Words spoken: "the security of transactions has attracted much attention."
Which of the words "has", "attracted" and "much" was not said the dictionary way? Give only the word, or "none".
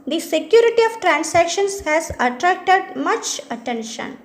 none